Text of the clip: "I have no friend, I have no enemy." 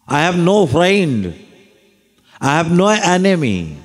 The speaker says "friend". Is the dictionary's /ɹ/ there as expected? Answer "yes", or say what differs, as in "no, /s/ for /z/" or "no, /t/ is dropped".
yes